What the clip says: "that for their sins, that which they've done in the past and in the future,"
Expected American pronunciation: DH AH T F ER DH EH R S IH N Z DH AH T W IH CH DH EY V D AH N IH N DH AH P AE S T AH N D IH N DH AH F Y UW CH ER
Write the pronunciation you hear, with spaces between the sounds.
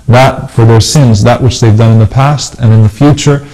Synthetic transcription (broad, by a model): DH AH T F ER DH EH R S IH N Z DH AH T W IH CH DH EY V D AH N IH N DH AH P AE S T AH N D IH N DH AH F Y UW CH ER